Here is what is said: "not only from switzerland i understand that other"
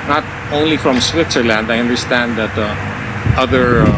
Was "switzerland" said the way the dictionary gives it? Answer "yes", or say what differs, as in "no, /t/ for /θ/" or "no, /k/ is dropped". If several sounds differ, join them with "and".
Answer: yes